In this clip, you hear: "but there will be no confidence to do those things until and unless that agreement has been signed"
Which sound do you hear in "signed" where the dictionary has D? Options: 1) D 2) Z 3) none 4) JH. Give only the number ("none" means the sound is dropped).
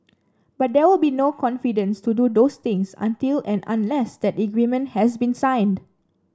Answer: 1